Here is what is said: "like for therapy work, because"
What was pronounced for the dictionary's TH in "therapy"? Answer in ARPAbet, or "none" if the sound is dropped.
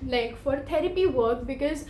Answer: T